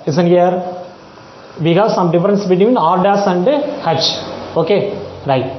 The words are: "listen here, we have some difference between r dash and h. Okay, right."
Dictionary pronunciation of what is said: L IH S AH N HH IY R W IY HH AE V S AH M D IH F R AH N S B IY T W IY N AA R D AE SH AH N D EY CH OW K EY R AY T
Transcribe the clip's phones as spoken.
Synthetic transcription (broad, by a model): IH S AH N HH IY R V IY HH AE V S AH M D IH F R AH N S B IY T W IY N AA R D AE S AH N D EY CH OW K EY R AY T